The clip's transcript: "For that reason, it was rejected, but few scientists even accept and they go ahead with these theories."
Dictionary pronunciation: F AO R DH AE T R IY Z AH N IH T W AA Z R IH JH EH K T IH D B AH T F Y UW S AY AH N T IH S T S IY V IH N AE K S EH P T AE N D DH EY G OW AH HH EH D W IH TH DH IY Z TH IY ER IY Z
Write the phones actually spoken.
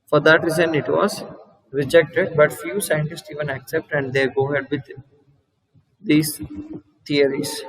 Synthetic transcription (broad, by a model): F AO R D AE T R IY Z AH N IH T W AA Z R IH JH EH K T IH D B AH T F Y UW S AY AH N T IH S T S IY V IH N AE K S EH P T AE N D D EY G OW HH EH D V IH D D IY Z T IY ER IY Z